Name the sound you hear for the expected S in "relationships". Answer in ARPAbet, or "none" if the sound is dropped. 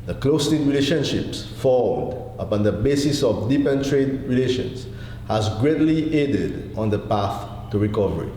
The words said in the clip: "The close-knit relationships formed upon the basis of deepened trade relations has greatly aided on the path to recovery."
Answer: S